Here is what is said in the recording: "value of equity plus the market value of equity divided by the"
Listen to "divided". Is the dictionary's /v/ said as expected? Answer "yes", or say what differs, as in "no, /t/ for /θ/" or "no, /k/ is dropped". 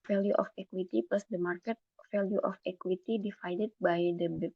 no, /f/ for /v/